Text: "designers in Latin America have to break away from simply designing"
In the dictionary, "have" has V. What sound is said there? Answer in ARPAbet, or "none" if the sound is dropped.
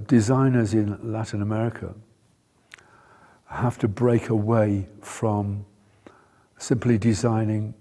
F